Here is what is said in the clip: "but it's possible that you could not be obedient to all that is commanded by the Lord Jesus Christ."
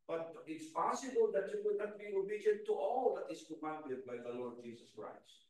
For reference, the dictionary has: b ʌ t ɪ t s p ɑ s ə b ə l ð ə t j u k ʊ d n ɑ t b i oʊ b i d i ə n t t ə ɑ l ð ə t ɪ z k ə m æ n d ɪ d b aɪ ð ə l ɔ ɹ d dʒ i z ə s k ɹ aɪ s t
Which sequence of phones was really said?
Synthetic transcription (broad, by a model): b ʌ t ɪ t s p ɑ s ə b ə l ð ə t j u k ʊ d n ɑ t b i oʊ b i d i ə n t t ɑ l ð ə t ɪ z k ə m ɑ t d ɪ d b aɪ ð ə l ɔ ɹ d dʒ i s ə s k ɹ aɪ s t